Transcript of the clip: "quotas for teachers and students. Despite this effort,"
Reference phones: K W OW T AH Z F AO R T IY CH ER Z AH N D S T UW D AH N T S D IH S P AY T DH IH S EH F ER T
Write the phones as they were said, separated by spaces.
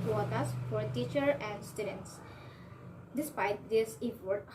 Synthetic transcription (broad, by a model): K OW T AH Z F AO R T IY CH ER AH N D S T UW D AH N T S D IH S P AY T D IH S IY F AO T